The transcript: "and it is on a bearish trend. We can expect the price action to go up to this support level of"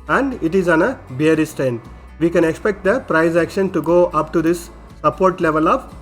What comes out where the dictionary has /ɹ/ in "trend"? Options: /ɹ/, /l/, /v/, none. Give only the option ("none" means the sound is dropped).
none